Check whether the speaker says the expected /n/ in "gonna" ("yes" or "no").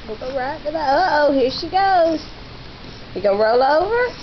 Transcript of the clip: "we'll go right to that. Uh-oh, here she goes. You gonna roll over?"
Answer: no